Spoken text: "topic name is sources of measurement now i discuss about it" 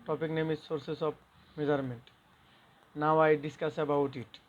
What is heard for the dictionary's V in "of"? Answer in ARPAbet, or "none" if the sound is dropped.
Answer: B